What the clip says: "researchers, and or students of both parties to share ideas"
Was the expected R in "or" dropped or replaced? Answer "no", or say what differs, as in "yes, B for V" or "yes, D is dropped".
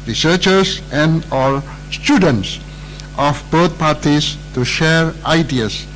yes, L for R